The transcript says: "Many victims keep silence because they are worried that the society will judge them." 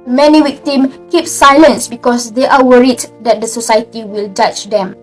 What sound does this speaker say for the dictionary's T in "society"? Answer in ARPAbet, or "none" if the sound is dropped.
T